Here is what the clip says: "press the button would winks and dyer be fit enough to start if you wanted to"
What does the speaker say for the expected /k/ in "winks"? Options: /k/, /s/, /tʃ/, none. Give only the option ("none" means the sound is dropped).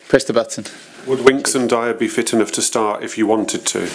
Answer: /k/